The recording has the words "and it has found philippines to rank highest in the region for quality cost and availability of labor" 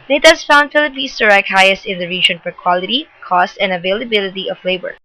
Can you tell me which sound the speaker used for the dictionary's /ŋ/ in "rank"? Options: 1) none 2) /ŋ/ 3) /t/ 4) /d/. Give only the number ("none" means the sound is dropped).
1